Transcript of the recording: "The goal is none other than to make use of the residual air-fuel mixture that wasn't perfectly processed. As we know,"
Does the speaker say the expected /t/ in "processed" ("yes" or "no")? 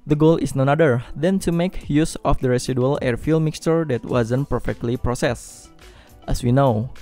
yes